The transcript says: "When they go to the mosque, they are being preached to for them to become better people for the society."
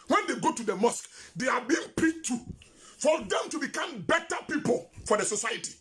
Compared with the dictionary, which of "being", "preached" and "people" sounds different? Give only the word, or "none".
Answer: preached